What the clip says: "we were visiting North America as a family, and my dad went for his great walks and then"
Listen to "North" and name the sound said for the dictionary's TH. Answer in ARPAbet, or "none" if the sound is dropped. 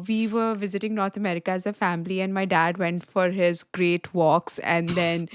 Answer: T